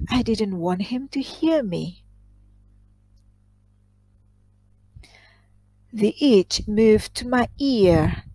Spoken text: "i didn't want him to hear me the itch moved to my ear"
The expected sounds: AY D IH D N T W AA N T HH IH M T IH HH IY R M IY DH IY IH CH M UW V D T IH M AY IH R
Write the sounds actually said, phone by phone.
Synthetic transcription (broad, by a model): AY D IH D N T W AA N T HH IH M T IH HH IY R M IY DH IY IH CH M UW V T IH M AY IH R